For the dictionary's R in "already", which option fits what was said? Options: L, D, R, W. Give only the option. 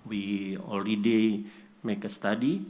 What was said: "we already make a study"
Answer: L